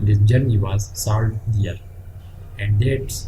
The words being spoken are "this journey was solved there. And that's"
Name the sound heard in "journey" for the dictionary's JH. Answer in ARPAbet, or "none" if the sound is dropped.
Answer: JH